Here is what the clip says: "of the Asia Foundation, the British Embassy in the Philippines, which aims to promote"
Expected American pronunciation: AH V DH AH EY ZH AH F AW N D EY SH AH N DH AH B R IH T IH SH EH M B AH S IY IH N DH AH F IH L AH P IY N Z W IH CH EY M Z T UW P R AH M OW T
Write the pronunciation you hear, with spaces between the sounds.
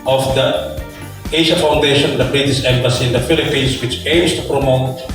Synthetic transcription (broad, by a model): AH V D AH EY SH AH F AW N D EY SH AH N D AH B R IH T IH S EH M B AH S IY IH N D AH F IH L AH P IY N S W IH CH EY M S T UW P R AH M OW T